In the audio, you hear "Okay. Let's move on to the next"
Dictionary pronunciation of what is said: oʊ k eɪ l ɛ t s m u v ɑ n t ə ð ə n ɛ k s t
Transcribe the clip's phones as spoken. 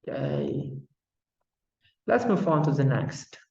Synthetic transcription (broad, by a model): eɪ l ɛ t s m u f ɑ n t ə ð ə n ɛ k s t